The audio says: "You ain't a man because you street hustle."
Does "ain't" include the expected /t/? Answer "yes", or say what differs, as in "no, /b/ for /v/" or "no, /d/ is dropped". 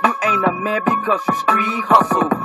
no, /t/ is dropped